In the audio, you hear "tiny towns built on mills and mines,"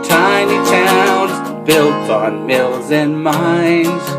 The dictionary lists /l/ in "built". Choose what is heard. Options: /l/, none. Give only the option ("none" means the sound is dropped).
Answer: /l/